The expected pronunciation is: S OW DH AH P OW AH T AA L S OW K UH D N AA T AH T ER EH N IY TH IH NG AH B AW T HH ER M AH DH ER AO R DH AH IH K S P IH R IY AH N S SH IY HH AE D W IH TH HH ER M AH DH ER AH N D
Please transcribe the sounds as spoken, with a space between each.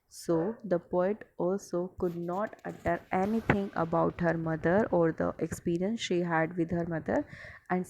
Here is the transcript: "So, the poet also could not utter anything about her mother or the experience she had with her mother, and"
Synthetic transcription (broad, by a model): S OW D AH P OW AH T AA L S OW K UH D N AA T AH T ER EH N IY T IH NG AH B AW T HH ER M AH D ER AO R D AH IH K S P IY R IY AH N S SH IY HH AE D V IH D HH ER M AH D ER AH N D